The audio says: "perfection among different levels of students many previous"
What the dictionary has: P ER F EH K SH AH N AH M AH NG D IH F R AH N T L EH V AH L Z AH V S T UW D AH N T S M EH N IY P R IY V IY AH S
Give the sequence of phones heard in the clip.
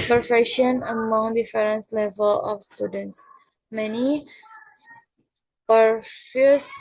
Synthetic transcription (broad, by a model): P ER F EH K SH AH N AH M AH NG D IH F R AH N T L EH V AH L AH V S T UW D AH N T S M EH N IY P R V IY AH S